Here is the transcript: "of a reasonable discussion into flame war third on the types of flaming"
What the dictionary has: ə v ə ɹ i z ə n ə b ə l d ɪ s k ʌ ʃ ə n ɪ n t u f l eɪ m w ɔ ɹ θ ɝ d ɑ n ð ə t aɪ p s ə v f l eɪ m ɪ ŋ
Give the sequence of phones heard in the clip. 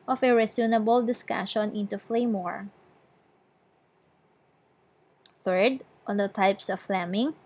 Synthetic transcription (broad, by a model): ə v ə ɹ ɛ s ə n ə b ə l d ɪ s k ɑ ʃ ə n ɪ n t u f l eɪ m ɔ ɹ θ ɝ d ɑ n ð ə t aɪ p s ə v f l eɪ m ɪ ŋ